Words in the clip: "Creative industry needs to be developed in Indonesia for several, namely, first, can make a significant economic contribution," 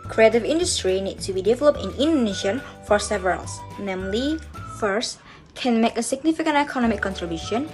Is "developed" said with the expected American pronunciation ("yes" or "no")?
yes